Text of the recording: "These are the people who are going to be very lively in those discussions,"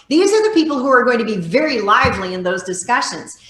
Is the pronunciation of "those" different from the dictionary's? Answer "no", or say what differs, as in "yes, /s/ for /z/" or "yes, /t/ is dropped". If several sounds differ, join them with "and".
no